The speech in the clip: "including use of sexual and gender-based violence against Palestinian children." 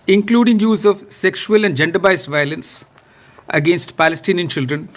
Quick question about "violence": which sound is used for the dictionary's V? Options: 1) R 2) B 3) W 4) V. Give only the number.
4